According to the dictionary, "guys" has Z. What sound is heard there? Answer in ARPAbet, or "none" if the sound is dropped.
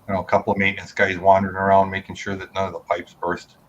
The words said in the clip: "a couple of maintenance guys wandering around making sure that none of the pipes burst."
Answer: Z